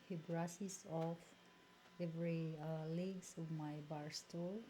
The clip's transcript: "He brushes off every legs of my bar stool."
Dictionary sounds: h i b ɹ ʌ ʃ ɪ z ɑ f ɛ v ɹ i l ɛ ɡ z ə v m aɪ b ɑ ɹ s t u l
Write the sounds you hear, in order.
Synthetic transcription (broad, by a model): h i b ɹ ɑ s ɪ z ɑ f ɛ v ɹ i l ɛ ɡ s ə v m aɪ b ɑ ɹ s t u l